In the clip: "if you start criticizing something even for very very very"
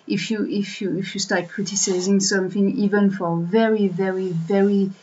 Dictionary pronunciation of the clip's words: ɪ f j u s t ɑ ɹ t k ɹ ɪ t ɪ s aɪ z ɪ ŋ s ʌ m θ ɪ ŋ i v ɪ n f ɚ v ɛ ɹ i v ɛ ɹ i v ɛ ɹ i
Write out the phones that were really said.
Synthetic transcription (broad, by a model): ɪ f j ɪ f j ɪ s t k ɹ ɪ t ɪ s aɪ z ɪ ŋ s ʌ m θ ɪ ŋ i v ɪ n f ɚ v ɛ ɹ i v ɛ ɹ i v ɛ ɹ i